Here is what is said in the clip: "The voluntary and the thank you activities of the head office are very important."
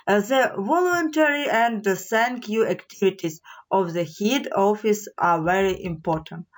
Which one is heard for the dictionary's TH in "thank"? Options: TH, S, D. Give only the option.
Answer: S